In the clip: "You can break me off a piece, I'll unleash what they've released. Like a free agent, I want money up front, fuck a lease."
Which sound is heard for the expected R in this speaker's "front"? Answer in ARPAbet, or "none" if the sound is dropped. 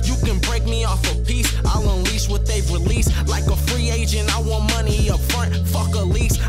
R